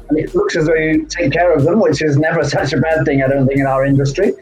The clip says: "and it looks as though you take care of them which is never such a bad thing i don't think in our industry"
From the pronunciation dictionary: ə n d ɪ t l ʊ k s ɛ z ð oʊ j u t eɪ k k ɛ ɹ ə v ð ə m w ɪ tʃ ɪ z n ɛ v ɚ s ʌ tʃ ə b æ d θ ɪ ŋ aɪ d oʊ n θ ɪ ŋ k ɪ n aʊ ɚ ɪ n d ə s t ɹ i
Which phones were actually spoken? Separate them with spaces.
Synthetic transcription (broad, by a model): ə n ɪ t l ʊ k s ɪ z ð oʊ j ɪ t eɪ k k ɛ ɹ ə v ð ə m w ɪ tʃ ɪ z n ɛ v ɚ s ʌ tʃ ə b æ d θ ɪ ŋ aɪ d oʊ n θ ɪ ŋ k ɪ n aʊ ɚ ɪ n d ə s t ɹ i